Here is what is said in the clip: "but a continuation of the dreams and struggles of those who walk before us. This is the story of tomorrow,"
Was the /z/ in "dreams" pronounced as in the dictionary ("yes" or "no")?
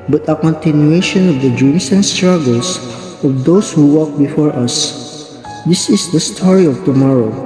no